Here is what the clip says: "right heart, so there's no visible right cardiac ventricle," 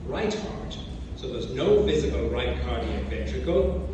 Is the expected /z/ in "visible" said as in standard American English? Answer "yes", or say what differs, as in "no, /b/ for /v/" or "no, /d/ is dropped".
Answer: yes